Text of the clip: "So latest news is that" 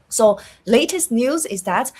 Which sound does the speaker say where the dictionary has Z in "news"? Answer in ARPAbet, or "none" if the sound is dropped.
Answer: Z